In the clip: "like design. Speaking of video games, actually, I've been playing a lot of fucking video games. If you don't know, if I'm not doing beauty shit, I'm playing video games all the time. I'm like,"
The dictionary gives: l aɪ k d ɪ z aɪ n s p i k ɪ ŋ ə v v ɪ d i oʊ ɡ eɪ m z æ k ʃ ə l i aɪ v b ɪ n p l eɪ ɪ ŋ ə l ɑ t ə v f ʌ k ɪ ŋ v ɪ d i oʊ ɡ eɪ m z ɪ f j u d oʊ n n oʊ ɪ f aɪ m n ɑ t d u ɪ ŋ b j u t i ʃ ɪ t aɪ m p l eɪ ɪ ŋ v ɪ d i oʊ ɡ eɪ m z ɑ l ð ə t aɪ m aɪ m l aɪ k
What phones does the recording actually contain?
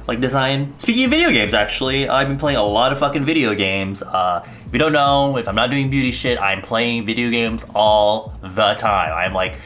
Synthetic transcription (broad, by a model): l aɪ k d ɪ z aɪ n s p i k ɪ ŋ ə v v ɪ d i oʊ ɡ eɪ m z æ k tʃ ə l i aɪ v b ɪ n p l eɪ ɪ ŋ ə l ɑ t ə v f ʌ k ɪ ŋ v ɪ d i oʊ ɡ eɪ m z ɪ f j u d oʊ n n oʊ ɪ f aɪ m n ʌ t d u ɪ ŋ b j u t i ʃ ɪ t aɪ m p l eɪ ɪ ŋ v ɪ d i oʊ ɡ eɪ m z ɑ l ð ə t aɪ m aɪ m l aɪ k